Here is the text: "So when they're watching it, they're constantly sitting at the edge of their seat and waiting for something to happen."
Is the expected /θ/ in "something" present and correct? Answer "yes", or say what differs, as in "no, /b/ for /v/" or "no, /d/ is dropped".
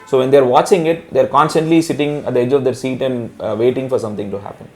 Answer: no, /t/ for /θ/